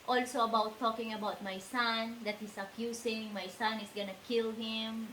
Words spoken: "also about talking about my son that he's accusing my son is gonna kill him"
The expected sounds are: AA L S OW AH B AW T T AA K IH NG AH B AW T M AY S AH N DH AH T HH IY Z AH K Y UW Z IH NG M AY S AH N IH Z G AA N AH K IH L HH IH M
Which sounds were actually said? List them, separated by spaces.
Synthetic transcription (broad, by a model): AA L S OW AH B AW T T AA K IH NG AH B AW T M AY S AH N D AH T HH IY S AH K Y UW S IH NG M AY S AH N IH S G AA N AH K IH L HH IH M